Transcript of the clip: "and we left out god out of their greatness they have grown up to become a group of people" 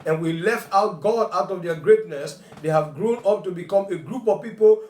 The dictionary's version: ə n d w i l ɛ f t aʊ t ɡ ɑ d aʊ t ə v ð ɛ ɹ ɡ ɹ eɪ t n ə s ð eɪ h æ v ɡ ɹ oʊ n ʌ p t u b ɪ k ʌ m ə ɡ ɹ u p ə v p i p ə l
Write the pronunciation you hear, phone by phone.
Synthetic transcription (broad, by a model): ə n w i l ɛ f t aʊ t ɡ ɑ d aʊ t ə v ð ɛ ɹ ɡ ɹ eɪ t n ə s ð eɪ h æ v ɡ ɹ oʊ n ʌ p t u b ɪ k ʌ m ə ɡ ɹ u p ə v p i p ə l